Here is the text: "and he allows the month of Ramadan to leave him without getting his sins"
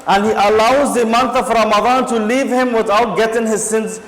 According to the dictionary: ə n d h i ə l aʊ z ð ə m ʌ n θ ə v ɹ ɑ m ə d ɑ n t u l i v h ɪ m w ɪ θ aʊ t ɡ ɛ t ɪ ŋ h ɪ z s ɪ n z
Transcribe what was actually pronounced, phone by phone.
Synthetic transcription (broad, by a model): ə n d h i ə l aʊ z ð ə m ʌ n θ ə v ɹ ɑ m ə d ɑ n t u l i v h ɪ m w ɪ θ aʊ t ɡ ɛ t ɪ ŋ h ɪ z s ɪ n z